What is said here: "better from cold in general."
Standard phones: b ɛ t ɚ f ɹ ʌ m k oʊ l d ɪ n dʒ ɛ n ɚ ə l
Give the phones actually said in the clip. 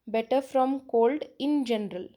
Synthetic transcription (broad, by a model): b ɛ t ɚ f ɹ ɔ m k oʊ l d ɪ n dʒ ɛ n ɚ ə l